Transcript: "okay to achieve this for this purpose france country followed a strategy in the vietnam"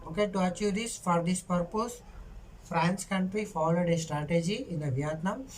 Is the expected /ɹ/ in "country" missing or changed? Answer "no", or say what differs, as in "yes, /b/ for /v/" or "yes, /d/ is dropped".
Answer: no